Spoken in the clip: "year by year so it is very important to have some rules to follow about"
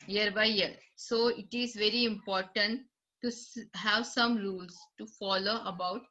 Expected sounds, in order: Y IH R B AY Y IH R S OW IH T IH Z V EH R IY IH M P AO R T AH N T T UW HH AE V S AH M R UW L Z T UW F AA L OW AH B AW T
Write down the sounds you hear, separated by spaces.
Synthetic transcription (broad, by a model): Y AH R B AY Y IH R S OW IH T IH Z V EH R IY IH M P AO R T AH N T T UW HH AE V S AH M R UW L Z T UW F AA L OW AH B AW T